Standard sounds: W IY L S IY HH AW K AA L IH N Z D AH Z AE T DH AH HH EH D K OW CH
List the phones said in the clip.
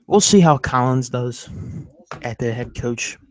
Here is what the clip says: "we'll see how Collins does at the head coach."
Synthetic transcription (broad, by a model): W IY L S IY HH AW K AA L IH N Z D AH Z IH T DH AH HH EH D K OW CH